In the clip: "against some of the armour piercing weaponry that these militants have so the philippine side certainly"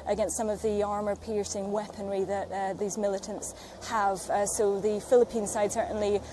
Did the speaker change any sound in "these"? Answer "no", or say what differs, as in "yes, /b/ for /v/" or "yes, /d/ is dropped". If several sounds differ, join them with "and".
no